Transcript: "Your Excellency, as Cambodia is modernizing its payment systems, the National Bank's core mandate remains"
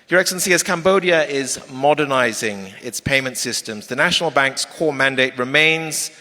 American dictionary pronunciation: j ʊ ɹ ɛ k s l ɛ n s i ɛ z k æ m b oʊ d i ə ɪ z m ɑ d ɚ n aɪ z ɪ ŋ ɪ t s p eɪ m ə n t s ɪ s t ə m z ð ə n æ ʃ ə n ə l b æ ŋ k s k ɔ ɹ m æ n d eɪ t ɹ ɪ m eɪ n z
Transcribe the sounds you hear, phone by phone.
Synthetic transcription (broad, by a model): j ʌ ɹ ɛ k s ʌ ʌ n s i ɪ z k æ m b oʊ d i ə ɪ z m ɑ d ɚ n aɪ z ɪ ŋ ɪ t s p eɪ m ə n t s ɪ s t ə m z ð ə n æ ʃ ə n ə l b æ ŋ k s k ɔ m æ n d eɪ t ɹ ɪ m eɪ n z